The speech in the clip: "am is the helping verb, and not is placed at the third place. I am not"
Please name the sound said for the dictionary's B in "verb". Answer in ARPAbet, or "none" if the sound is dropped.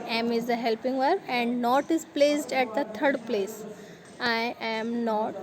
none